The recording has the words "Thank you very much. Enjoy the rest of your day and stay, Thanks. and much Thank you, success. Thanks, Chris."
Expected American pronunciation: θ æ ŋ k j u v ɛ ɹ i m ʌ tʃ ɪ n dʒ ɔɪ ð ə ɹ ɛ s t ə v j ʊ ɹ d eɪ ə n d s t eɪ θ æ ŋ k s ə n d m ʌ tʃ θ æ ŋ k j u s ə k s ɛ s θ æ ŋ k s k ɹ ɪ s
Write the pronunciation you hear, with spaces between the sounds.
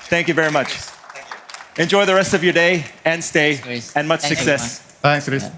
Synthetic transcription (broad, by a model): θ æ ŋ k j u v ɛ ɹ i m ʌ tʃ ɪ n dʒ ɔɪ ð ə ɹ ɛ s t ə v j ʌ ɹ d eɪ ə n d s t eɪ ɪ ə n m ʌ tʃ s s ə k s ɛ s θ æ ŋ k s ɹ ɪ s